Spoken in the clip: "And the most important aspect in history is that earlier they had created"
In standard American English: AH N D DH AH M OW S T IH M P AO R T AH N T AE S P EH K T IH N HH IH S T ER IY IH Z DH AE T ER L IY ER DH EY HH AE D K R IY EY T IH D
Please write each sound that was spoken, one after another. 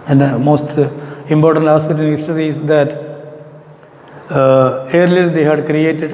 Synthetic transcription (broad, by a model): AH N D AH M OW S T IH M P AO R T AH N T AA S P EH T IH N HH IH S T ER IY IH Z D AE T ER L IY ER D EY HH AE D K R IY EY T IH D